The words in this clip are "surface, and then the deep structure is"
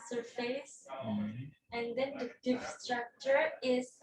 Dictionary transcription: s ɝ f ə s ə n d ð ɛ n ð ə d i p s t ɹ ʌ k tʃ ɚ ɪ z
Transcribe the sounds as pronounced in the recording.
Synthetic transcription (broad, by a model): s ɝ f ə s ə n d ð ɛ n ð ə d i f s t ɹ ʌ k tʃ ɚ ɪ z